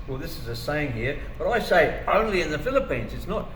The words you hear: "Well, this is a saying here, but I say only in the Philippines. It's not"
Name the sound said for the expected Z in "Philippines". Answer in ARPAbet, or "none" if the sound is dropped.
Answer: Z